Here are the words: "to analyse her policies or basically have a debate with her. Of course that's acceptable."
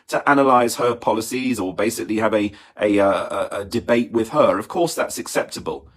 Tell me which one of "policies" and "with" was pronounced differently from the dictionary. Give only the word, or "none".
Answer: none